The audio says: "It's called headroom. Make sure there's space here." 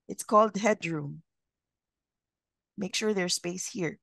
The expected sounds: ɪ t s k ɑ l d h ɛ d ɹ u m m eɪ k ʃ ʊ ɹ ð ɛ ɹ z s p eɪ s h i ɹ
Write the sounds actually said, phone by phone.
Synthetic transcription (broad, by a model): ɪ t s k ɑ l d h ɛ d ɹ u m m eɪ k ʃ ʊ ɹ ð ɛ ɹ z s p eɪ s h i ɹ